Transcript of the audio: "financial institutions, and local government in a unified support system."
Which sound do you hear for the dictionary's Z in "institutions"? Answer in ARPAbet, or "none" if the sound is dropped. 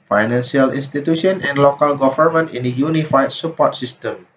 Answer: none